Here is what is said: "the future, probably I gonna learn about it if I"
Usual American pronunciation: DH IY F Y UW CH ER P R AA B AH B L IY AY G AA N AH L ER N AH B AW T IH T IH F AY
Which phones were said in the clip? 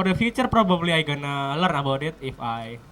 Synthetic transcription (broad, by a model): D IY F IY CH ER P R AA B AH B L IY AY G AA N AH L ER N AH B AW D IH T IH F AY